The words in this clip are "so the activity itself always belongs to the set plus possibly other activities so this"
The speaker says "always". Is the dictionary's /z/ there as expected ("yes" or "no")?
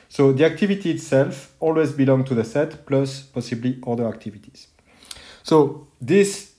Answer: yes